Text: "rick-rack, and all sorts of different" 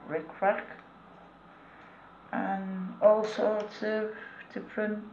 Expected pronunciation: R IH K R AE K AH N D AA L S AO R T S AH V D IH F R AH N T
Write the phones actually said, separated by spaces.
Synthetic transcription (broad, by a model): R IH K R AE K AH N AA L S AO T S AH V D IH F R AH N